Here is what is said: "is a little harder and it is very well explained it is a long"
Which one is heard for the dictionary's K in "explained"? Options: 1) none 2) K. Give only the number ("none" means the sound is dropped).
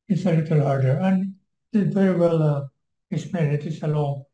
1